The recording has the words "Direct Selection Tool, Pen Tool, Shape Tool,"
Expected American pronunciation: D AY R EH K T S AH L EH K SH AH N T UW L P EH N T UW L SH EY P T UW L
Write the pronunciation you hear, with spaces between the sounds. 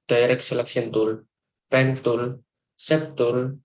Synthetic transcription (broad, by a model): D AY R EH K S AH L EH K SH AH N T UW L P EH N T UW L S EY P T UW L